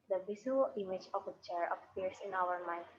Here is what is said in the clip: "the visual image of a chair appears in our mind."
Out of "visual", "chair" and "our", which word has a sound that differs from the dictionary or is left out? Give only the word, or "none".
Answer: visual